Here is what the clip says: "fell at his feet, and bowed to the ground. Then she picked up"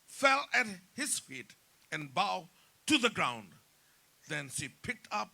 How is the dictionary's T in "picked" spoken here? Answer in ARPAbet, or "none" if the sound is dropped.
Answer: T